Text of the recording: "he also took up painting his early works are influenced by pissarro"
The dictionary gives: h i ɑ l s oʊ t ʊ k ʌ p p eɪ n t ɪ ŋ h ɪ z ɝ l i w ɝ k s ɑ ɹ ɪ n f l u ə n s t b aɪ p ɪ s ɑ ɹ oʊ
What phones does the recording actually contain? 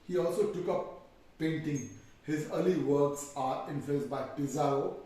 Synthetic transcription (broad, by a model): h i ɑ l s oʊ t ʊ k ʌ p p eɪ n t ɪ ŋ h ɪ z ɝ l i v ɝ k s ɑ ɹ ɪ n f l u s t b aɪ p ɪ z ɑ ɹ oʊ